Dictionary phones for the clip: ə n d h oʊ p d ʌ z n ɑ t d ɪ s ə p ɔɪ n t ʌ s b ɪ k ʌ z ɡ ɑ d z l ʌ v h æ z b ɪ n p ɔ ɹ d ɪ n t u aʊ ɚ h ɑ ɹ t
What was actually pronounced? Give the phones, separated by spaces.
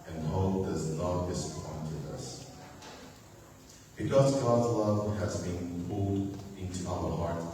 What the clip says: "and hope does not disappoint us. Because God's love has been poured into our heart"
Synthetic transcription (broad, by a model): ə n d h oʊ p d ʌ z n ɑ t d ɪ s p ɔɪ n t ʌ s b ɪ k ʌ z ɡ ɑ d z l ʌ v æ z b ɪ n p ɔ l d ɪ n t u aʊ ɚ h ɑ ɹ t